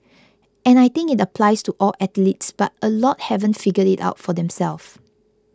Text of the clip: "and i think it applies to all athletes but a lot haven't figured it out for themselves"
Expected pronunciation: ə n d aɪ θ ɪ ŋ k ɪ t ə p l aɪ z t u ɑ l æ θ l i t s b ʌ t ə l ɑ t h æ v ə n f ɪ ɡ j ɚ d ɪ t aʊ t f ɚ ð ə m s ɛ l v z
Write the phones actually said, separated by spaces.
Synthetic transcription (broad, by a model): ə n aɪ t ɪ ŋ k ɪ t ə p l aɪ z t u ɑ l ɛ t l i t s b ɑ t ə l ɑ t h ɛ v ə n f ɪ ɡ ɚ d ɪ t aʊ t f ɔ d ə m s ɛ l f